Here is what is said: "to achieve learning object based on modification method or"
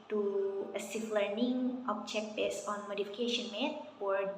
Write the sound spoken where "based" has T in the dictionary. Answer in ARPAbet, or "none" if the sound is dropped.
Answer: none